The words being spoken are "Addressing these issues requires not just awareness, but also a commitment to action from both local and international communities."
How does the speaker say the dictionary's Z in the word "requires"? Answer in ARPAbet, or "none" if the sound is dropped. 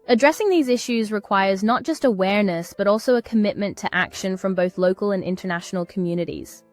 Z